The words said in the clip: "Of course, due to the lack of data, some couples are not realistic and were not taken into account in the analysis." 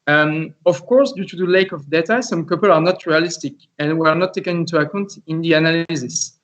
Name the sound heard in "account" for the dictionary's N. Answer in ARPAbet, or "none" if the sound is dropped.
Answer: N